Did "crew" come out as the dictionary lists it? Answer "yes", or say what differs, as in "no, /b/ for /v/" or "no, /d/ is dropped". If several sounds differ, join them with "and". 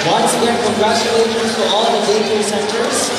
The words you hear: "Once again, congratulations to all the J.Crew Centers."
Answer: no, /ɹ/ is dropped